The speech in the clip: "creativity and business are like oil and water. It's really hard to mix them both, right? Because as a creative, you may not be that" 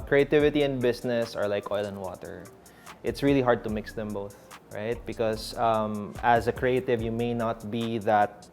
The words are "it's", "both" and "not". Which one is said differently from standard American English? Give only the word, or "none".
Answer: none